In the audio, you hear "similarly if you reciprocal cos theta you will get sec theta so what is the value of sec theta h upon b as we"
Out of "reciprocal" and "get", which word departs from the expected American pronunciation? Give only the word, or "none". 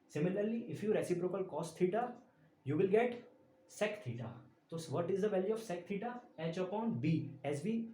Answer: none